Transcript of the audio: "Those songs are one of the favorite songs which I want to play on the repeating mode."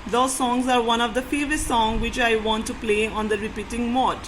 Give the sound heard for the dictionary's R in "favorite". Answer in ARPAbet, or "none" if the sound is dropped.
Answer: none